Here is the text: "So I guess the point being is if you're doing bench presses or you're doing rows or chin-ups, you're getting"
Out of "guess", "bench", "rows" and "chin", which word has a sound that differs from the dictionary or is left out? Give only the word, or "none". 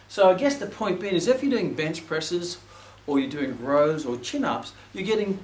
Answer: none